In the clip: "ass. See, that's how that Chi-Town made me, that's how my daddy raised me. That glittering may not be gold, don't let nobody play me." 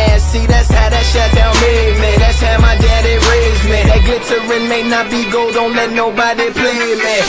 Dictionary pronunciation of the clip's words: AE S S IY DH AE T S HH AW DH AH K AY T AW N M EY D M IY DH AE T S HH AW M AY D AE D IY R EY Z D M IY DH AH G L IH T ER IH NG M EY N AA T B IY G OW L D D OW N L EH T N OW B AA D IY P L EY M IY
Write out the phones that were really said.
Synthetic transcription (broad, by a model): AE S S IY DH AE T S HH AW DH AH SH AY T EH L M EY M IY DH AE T S HH AW M AY D AE D IY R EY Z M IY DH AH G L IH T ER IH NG M EY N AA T B IY G OW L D D OW N L EH T N OW B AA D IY P L EY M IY